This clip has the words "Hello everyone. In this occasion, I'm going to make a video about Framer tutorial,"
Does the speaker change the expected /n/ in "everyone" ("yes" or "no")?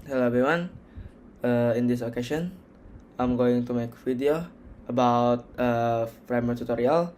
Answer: yes